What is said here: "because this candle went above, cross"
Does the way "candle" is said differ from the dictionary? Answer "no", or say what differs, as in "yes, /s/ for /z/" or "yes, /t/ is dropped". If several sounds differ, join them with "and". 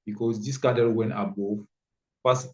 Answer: yes, /n/ is dropped